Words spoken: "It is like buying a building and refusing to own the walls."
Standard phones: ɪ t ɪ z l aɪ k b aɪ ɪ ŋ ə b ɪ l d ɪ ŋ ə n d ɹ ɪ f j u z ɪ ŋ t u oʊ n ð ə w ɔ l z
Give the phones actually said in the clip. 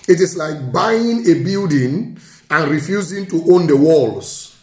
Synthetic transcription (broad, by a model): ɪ t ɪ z l aɪ k b aɪ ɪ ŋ ə b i l d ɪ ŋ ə n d ɹ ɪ f j u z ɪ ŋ t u oʊ n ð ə w ɔ l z